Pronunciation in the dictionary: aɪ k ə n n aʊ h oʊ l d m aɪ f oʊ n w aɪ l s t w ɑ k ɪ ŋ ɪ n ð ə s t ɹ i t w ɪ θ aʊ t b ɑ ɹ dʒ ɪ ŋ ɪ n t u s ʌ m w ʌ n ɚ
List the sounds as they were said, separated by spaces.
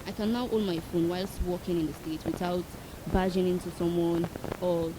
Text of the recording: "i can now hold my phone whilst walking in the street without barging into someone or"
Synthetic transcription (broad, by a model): aɪ k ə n n aʊ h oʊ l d m aɪ f oʊ n w aɪ l s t w ɑ k ɪ ŋ ɪ n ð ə s t ɛ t w ɪ θ aʊ t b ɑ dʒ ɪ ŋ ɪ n t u s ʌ m w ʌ n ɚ